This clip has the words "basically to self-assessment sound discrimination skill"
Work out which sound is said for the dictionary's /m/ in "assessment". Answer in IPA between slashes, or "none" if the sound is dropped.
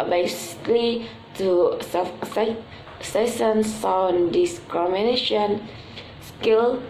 none